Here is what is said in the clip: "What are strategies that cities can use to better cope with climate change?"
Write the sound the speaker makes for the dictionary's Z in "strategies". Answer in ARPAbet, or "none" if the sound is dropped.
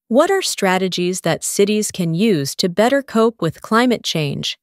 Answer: Z